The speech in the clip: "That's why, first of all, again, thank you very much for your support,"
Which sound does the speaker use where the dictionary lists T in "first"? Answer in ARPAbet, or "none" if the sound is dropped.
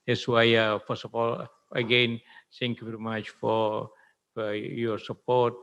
none